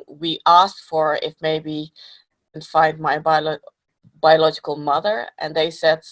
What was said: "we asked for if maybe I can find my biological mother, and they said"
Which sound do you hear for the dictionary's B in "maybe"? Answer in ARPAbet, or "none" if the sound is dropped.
none